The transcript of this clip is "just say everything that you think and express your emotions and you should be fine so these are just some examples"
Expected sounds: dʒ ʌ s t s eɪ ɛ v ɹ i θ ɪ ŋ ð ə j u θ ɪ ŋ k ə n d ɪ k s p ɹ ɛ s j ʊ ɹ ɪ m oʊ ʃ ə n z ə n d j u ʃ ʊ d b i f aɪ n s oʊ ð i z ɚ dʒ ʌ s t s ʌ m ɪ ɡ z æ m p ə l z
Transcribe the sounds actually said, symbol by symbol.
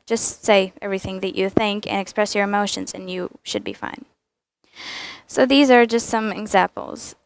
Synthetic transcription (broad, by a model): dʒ ʌ s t s eɪ ɛ v ɹ i θ ɪ ŋ ð ə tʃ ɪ θ ɪ ŋ k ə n ɪ k s p ɹ ɛ s j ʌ ɹ ɪ m oʊ ʃ ə n z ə n j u ʃ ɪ d b i f aɪ n s oʊ ð i z ɚ dʒ ʌ s t s ʌ m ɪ ɡ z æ m p l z